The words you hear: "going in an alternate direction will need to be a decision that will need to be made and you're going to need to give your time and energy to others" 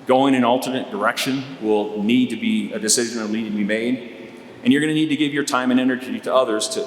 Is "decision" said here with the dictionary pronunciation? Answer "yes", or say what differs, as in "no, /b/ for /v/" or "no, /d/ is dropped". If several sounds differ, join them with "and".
yes